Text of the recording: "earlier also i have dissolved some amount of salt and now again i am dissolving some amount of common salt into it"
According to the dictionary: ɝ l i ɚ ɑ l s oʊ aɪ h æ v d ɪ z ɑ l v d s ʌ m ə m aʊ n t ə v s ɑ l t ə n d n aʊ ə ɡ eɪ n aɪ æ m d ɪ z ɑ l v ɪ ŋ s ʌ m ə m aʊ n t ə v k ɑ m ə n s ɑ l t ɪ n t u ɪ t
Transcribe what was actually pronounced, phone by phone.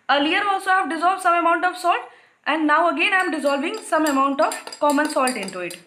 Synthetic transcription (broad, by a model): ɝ l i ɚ ɑ l s oʊ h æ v d ɪ z ɑ l v d s ʌ m ə m aʊ n t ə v s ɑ l t ə n d n aʊ ə ɡ eɪ n aɪ m d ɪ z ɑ l v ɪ ŋ s ʌ m ə m aʊ n t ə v k ɑ m ə n s ɑ l t ɪ n t u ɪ t